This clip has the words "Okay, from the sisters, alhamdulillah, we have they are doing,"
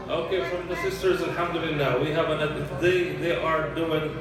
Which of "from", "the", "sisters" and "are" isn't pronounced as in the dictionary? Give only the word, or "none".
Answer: none